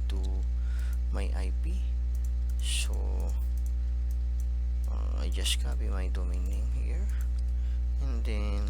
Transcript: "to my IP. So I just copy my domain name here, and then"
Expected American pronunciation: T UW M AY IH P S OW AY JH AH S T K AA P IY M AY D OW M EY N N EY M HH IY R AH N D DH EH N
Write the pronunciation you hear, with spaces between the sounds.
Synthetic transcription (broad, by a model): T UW M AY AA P S OW AY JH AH S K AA B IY M AY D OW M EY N N EY M HH IY R AH N D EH N